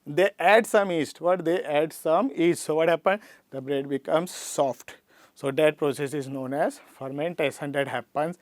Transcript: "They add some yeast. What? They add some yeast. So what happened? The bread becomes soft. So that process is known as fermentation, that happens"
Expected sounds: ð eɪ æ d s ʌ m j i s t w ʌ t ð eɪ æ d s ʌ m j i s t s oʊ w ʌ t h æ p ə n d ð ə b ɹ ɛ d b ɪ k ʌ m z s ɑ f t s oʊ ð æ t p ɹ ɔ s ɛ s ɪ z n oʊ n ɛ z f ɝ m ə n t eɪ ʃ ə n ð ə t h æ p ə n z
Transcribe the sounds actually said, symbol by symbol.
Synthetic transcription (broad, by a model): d eɪ æ d s ʌ m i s t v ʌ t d eɪ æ d s ʌ m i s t s oʊ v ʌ t h æ p ə n d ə b ɹ ɛ d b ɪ k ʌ m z s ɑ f t s oʊ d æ t p ɹ ɔ s ɛ s ɪ z n oʊ n ɛ z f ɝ m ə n t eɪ s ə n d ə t h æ p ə n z